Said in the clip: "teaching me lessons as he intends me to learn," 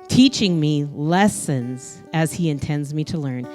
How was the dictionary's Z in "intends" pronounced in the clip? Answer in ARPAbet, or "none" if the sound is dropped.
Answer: Z